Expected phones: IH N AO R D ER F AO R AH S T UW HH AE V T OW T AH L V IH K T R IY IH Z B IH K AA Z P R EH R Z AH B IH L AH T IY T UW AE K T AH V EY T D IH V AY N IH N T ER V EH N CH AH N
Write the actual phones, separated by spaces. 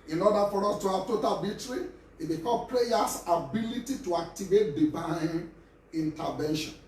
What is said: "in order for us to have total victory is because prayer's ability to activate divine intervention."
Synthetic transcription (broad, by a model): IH N AO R D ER F AO R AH S T UW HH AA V T OW T AH L B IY T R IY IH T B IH K AA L P R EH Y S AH B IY L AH T IY T UW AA K T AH V EY T D IH V AY N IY N T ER V EH N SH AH N